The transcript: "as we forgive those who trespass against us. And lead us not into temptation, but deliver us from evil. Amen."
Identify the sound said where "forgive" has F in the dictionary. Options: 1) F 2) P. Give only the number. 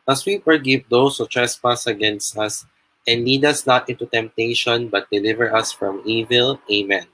2